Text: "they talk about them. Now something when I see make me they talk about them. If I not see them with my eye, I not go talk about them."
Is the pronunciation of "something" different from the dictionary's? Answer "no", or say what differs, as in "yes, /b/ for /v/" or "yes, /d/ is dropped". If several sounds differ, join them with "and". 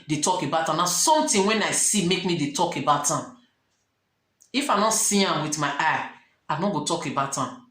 yes, /t/ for /θ/